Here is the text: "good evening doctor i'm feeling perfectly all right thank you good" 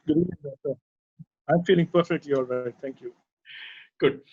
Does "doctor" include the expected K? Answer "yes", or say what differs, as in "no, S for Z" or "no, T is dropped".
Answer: no, K is dropped